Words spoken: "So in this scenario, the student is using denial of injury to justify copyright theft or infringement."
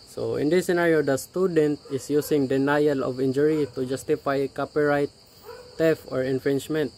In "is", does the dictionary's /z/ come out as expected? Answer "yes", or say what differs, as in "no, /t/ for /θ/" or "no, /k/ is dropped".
no, /s/ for /z/